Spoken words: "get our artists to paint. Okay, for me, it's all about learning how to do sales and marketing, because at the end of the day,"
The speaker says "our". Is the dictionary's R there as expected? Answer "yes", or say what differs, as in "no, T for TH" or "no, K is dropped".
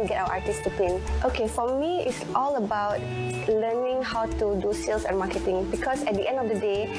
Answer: no, W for R